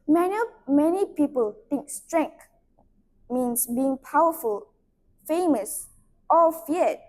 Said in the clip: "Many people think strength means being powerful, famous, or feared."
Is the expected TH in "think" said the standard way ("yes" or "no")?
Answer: no